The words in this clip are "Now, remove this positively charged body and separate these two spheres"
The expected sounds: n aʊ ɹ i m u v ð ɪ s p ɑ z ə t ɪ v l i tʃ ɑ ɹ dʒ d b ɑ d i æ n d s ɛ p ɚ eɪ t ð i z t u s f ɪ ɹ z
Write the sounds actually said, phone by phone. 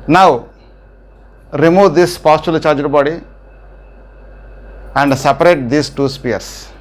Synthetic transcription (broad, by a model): n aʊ ɹ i m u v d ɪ s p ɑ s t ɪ l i tʃ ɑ ɹ dʒ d b ɑ d i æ n d s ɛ p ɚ eɪ t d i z t u s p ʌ ɹ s